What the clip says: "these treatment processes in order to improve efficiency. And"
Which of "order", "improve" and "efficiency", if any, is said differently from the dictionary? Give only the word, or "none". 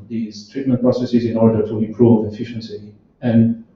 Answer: improve